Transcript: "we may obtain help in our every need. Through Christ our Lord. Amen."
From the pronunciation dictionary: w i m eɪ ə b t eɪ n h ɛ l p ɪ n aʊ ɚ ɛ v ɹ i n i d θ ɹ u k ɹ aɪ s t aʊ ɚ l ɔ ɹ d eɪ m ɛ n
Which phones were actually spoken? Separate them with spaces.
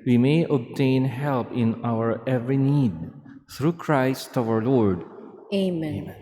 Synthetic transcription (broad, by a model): w i m eɪ ə b t eɪ n h ɛ l p ɪ n aʊ ɚ ɛ v ɹ i n i d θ ɹ u k ɹ aɪ s t aʊ ɚ l ɔ ɹ d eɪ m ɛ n